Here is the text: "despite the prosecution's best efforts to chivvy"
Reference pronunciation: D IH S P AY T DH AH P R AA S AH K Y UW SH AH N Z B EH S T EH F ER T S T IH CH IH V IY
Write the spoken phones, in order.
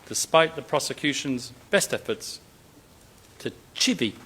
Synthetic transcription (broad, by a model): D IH S P AY T DH AH P R AA S AH K Y UW SH AH N Z B EH S T EH F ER T S T IH CH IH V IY